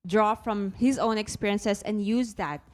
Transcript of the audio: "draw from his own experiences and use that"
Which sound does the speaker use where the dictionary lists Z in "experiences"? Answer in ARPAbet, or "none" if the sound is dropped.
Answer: S